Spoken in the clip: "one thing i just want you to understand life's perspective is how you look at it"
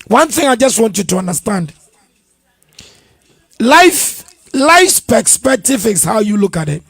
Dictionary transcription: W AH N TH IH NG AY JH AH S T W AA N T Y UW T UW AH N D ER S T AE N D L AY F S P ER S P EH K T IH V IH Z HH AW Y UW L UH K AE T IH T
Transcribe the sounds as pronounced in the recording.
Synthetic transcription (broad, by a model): W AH N TH IH NG AY JH AH S T W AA N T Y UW T UW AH N D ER S T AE N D L AY F S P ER S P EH T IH F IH S HH AW Y UW L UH K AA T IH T